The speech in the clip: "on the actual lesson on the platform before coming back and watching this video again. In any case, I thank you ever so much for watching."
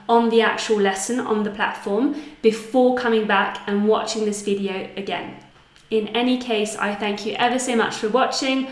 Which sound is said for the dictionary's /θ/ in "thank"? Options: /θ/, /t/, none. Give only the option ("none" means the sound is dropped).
/θ/